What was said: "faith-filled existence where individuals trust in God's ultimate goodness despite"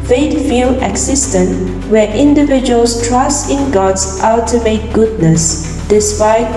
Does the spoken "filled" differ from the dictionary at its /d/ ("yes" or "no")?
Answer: yes